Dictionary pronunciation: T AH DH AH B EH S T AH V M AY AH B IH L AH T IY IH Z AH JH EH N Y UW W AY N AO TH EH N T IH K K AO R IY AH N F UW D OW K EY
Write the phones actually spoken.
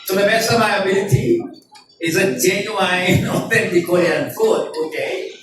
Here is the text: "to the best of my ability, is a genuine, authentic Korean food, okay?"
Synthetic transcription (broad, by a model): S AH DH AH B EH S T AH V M AY AH B IH L AH T IY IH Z AH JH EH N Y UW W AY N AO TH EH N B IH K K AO IY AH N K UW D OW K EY